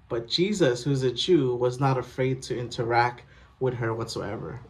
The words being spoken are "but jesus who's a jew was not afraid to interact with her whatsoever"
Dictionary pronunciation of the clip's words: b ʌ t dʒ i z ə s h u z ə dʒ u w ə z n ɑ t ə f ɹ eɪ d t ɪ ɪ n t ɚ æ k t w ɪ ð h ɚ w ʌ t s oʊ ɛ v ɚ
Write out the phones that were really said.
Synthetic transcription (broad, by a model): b ʌ t dʒ i z ə s h u z ə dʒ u w ə z n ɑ t ə f ɹ eɪ d t ɪ ɪ n t ɚ æ k t w ɪ ð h ɚ w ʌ t s oʊ ɛ v ɚ